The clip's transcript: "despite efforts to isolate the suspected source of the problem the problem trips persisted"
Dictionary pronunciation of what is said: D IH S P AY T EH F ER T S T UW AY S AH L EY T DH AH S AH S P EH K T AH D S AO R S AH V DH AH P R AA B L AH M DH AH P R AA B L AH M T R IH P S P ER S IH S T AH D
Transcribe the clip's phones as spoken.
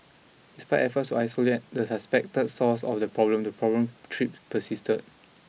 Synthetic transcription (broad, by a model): D IH S P AY T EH F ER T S T UW AY S AH L EY T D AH S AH S P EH K T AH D S AO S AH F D AH P R AA B L AH M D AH P R AA B L AH M T R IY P P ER S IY S T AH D